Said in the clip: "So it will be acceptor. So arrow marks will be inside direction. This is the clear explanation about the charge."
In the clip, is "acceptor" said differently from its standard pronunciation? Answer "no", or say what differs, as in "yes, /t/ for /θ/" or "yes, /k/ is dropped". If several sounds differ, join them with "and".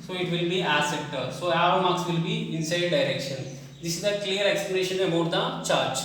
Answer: yes, /k/ is dropped